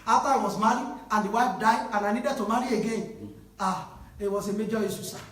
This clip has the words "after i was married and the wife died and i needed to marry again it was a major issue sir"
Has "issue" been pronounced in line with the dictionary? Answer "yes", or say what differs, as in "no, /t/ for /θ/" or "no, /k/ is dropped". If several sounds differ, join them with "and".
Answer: no, /s/ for /ʃ/